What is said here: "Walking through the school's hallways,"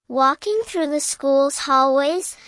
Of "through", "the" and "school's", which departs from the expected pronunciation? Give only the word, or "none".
none